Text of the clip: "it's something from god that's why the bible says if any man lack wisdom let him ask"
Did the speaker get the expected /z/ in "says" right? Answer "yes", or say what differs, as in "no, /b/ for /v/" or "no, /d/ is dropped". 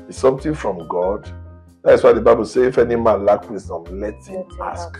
no, /z/ is dropped